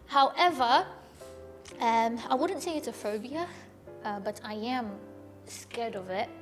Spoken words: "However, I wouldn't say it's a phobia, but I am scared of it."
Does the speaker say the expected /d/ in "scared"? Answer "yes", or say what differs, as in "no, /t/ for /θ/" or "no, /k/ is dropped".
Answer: yes